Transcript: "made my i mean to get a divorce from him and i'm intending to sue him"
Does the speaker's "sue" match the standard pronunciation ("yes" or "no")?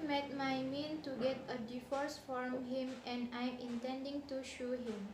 no